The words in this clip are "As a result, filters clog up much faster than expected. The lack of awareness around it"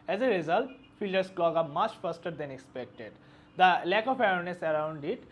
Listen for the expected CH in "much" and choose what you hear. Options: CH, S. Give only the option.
CH